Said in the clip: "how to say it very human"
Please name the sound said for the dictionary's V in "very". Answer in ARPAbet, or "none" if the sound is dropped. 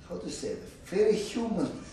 F